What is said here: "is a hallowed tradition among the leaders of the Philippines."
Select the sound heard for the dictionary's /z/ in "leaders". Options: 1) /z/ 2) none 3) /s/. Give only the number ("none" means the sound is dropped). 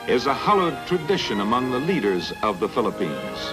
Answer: 1